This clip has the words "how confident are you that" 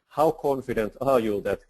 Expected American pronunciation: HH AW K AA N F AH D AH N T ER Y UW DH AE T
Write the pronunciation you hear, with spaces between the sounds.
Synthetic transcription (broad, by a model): HH AW K AA N F AH D AH N T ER Y UW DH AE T